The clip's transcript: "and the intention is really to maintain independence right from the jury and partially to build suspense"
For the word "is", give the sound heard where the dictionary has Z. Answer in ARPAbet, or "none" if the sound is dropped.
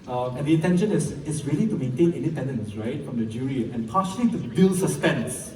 S